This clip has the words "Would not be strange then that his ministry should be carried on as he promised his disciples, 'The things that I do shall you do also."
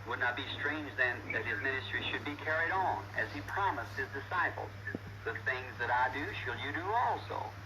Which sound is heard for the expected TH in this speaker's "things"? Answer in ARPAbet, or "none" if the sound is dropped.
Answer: TH